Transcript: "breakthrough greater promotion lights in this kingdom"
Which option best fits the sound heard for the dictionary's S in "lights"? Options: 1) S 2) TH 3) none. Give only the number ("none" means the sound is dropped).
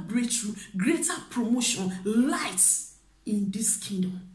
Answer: 1